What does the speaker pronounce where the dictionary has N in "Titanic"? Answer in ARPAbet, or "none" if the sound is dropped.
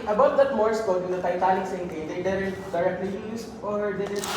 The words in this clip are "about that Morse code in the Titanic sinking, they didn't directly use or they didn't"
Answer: L